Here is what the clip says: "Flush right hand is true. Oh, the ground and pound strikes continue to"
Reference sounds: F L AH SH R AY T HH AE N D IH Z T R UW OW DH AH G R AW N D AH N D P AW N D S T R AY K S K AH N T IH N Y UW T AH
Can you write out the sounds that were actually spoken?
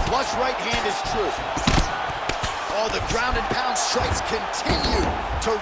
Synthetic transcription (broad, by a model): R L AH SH R AY T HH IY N IH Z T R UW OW DH AH G R AW N D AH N P AW N D S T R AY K S K AH N T IH N Y UW T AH